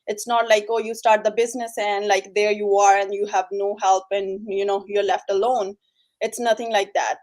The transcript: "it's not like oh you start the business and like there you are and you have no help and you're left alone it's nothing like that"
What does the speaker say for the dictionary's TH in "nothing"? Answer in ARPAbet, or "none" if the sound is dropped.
T